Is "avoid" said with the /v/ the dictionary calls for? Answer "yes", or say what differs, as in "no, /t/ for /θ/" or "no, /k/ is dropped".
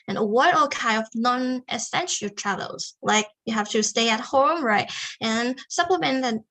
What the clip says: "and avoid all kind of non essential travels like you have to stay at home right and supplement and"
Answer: no, /w/ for /v/